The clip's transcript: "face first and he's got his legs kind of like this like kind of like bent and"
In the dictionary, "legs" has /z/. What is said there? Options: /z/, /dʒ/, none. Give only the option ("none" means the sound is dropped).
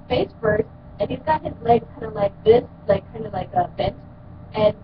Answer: none